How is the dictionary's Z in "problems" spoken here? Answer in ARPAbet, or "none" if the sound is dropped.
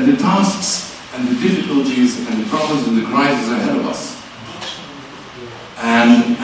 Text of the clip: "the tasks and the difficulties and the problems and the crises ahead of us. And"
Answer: Z